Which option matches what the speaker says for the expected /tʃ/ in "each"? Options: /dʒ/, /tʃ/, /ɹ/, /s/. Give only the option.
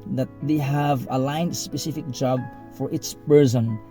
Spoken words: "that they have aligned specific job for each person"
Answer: /s/